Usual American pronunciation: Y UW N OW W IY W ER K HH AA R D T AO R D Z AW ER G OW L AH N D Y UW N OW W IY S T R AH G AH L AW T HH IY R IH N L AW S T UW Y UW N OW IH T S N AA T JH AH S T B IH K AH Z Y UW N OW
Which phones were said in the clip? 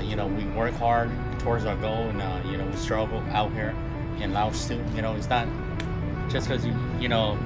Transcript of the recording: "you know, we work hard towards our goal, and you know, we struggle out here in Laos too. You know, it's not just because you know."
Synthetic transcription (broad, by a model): Y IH N OW W IY W ER K HH AA R D T AO R D Z AW ER G OW L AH N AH Y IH N OW W IY S T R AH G L AW T HH IY R IH N L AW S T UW Y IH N OW IH T S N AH T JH AH S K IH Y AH Y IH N OW